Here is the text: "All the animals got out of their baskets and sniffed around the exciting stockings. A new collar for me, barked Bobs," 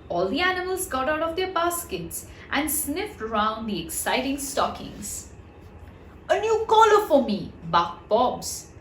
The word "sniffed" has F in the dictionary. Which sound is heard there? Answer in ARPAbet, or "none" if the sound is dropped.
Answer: F